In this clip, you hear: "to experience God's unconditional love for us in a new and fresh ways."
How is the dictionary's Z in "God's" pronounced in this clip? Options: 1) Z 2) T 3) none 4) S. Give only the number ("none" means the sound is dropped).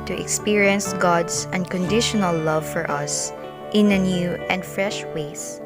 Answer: 4